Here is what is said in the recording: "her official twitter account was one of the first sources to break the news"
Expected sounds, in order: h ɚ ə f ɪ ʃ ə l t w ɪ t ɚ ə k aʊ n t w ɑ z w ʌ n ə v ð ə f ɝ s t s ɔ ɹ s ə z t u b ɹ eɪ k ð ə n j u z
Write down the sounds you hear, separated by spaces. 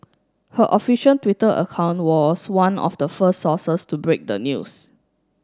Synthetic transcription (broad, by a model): h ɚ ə f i ʃ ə n t w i t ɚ ə k aʊ n t w ɑ s w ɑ n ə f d ə f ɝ s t s ɔ s ə s t u b ɹ eɪ k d ə n j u s